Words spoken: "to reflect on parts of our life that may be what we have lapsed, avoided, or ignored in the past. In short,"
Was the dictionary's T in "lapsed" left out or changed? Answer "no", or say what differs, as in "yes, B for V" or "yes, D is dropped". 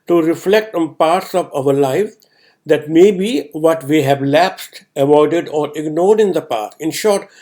no